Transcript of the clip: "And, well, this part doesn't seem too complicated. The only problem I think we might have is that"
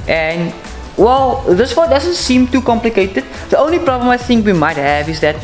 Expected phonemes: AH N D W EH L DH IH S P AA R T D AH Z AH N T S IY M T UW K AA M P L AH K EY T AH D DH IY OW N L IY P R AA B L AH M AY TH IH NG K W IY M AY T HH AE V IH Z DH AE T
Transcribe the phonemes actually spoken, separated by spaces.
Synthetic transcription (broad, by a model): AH N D W EH L DH IH S F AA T D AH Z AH N T S IY M T UW K AA M P L AH K EY T AH D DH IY OW N L IY P R AA B L AH M AY TH IH NG K W IY M AY T HH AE V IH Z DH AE T